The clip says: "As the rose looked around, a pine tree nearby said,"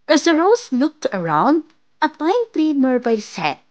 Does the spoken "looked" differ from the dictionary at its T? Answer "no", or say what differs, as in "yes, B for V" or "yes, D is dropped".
no